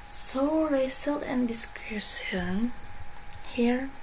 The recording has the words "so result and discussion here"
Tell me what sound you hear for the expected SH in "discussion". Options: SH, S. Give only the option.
S